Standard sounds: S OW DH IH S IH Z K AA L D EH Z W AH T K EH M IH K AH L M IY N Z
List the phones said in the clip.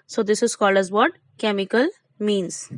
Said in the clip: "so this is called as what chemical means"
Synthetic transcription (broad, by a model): S OW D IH S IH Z K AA L AH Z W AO T K EH M IH K AH L M IY N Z